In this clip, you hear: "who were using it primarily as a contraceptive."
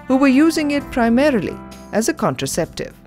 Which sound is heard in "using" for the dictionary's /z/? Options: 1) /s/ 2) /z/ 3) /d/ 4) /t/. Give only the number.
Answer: 2